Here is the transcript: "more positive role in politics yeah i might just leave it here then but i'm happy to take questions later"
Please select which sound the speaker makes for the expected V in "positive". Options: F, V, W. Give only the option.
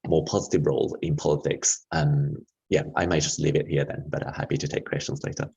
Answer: V